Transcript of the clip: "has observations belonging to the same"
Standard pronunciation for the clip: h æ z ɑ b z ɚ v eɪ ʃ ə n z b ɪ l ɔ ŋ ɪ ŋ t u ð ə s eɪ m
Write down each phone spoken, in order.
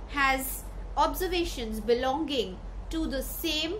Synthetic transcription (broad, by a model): h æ z ɑ b z ɚ v eɪ ʃ ə n z b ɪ l ɔ ŋ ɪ ŋ t u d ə s eɪ m